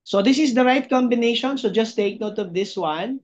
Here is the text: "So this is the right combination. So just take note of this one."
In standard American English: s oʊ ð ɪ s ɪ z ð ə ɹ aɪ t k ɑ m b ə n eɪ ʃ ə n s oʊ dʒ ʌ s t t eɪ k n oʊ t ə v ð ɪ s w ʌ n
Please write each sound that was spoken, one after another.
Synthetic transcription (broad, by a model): s oʊ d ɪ s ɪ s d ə ɹ aɪ t k ɑ m b ə n eɪ ʃ ə n s oʊ dʒ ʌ s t t eɪ k n oʊ t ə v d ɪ s w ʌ n